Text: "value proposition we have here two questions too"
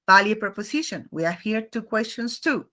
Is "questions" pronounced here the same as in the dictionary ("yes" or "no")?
no